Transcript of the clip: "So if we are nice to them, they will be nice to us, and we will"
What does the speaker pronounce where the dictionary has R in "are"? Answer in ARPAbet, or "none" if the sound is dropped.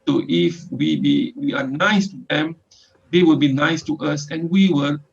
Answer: W